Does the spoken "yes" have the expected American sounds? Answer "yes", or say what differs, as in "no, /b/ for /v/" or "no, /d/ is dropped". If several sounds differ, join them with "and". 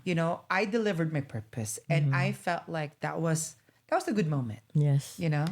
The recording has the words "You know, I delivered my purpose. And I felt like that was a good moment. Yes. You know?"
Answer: yes